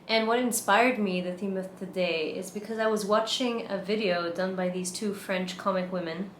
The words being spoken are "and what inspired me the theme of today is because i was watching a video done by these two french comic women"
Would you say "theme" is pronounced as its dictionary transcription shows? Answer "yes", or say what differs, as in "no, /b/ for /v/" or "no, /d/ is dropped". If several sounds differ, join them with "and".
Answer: yes